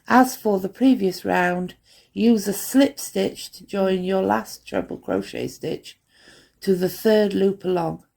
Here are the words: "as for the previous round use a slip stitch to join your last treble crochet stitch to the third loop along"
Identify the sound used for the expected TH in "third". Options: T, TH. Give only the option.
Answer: TH